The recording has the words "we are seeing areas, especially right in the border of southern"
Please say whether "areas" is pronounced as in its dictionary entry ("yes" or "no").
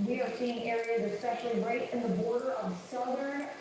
yes